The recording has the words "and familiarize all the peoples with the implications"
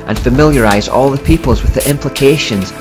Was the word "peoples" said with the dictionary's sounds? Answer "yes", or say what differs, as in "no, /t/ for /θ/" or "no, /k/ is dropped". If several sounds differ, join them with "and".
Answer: yes